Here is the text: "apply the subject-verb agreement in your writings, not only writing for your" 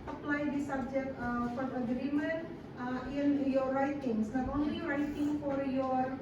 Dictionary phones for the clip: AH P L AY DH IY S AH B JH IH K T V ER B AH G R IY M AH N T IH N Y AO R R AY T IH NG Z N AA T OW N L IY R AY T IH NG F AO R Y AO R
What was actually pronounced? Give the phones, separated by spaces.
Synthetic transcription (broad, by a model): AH P L AY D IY S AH B JH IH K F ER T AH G R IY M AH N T IH N Y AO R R AY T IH NG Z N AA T OW N L IY R AY T IH NG F AO R Y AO R